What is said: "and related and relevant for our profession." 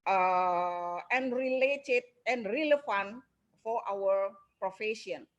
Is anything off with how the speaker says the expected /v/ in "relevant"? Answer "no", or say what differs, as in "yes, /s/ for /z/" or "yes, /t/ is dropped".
yes, /f/ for /v/